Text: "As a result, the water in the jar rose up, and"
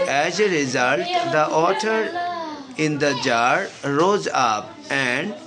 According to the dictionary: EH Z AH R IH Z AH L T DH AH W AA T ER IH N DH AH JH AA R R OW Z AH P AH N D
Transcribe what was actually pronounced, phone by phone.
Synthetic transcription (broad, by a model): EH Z AH R IH Z AH L T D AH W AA T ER IH N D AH JH AA R R OW Z AH P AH N D